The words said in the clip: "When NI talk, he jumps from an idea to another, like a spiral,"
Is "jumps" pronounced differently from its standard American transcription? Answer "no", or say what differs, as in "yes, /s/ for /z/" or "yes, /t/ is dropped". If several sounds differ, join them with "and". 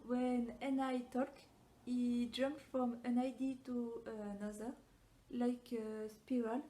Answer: yes, /s/ is dropped